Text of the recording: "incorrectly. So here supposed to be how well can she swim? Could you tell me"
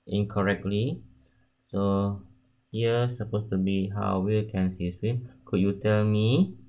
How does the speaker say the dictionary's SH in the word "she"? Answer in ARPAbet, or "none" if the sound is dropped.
S